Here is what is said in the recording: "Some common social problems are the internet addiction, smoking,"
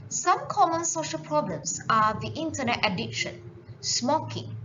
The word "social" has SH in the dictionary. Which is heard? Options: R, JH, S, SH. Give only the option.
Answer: SH